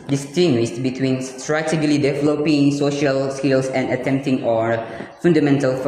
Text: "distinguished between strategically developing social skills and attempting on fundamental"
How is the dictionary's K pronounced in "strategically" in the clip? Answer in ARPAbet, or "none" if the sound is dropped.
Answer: none